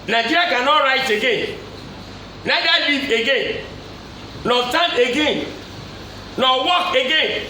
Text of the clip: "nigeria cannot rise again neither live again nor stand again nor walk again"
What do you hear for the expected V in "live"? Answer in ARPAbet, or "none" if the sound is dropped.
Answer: none